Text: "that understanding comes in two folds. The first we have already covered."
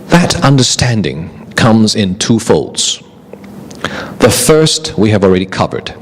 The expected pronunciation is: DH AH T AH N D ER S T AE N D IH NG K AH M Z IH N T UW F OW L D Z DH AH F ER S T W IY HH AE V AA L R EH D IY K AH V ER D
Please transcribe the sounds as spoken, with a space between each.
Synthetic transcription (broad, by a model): DH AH T AH N D ER S T AE N D IH NG K AH M Z IH N T UW F OW L D Z DH AH F ER S T W IY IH V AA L R EH D IY K AH V ER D